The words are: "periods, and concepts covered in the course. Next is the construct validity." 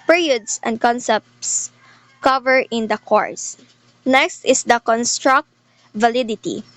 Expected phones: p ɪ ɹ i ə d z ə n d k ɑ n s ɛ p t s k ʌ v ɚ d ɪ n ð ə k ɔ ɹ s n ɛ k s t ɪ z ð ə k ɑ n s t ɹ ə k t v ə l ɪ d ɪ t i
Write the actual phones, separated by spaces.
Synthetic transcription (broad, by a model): p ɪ ɹ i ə d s ə n d k ɑ n s ɛ p t s k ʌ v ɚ ɪ n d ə k ɔ ɹ s n ɛ k s t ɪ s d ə k ɑ n s t ɹ ə k t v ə l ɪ d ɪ t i